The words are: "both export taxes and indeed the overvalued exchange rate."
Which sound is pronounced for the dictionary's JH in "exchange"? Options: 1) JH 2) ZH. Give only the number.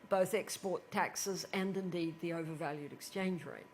1